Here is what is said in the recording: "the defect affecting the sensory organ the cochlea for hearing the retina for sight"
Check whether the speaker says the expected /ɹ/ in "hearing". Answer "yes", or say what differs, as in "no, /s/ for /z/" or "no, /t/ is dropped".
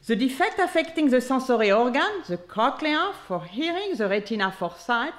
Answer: yes